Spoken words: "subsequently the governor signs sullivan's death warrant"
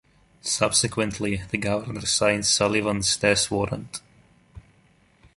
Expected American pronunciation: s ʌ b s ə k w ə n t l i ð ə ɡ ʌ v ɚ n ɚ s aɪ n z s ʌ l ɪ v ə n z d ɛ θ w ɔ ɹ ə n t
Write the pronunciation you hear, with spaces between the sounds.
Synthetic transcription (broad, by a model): s ʌ b s ə k w ə n t l i ð ə ɡ ʌ v ɚ n ɚ s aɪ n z s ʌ l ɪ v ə n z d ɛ s w ɔ ɹ ə n t